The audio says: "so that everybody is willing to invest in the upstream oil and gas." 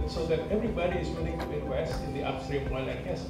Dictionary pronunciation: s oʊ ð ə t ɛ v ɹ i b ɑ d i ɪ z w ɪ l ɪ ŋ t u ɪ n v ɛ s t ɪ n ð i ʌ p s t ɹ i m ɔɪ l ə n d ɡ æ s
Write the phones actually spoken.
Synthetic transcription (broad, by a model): s oʊ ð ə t ɛ v ɹ i b ɑ d i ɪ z w ɪ l ɪ ŋ t u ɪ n w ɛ s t ɪ n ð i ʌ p s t ɹ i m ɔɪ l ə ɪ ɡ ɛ s